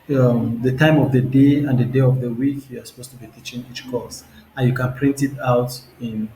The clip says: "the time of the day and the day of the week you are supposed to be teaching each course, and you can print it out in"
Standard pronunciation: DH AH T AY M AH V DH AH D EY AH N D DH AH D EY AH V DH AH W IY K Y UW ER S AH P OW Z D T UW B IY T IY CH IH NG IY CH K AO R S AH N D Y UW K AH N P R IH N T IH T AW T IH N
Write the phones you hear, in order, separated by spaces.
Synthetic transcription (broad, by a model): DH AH T AY M AH V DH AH D EY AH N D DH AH D EY AH V DH AH W IY K Y UW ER S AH P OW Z T UW B IY T IY CH IH NG IY CH K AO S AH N Y UW K AH N P R IH N T IH T AW T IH N